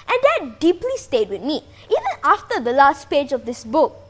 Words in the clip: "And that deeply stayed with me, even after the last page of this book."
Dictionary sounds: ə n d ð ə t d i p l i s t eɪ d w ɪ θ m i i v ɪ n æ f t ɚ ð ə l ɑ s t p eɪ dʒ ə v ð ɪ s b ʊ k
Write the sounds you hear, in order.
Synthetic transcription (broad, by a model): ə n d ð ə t d i p l i s t eɪ d w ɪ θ m i i v ɪ n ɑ f t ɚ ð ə l ɑ s t p eɪ dʒ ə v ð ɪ s b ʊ k